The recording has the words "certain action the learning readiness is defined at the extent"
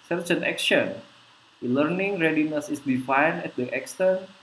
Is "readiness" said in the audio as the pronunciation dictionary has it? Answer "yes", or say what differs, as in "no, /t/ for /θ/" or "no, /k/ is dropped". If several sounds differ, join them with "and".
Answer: yes